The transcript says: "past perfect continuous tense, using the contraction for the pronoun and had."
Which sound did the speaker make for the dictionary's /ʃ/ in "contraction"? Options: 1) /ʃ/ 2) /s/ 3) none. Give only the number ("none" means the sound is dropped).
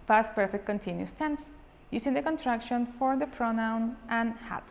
1